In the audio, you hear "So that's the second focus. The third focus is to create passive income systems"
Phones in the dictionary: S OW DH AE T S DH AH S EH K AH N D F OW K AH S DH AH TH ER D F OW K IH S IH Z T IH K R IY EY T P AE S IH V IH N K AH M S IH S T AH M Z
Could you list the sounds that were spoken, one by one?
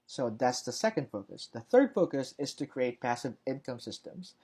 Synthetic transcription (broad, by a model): S OW DH AE T S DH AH S EH K AH N D F OW K AH S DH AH TH ER D F OW K IH S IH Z T IH K R IY EY T P AE S IH V IH N K AH M S IH S T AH M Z